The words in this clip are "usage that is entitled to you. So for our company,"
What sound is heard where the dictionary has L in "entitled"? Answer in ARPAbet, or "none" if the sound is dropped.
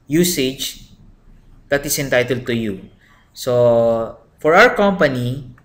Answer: L